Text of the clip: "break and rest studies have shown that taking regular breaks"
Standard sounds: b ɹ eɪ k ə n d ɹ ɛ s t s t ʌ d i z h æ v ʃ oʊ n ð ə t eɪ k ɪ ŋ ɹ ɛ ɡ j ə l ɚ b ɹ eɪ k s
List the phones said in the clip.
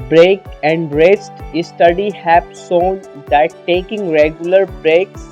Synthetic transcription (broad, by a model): b ɹ eɪ k ə n d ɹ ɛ s t s t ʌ d i h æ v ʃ oʊ n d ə t eɪ k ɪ ŋ ɹ ɛ ɡ j ə l ɚ b ɹ eɪ k